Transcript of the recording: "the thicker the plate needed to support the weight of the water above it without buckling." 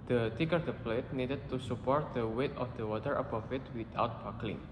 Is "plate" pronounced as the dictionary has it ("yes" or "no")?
yes